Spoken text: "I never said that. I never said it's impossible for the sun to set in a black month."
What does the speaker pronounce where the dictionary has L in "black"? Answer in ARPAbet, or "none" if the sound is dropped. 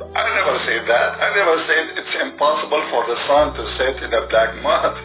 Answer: L